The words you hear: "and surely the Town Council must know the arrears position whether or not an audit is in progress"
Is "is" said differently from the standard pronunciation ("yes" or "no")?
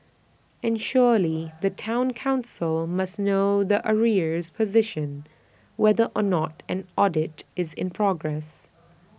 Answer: no